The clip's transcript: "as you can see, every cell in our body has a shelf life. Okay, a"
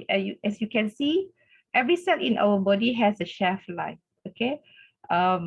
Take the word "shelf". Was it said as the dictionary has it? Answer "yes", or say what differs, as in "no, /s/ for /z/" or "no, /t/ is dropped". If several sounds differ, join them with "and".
no, /l/ is dropped